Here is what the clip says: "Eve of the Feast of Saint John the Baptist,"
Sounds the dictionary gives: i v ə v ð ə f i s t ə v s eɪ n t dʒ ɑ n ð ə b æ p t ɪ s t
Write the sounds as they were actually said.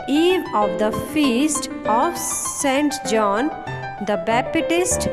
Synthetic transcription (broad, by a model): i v ə v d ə f i s t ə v s eɪ n t dʒ ɑ n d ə b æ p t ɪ s t